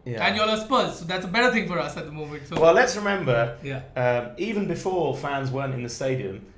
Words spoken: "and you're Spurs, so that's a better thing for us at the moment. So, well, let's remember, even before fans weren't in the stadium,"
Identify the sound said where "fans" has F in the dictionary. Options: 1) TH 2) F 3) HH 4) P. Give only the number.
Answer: 2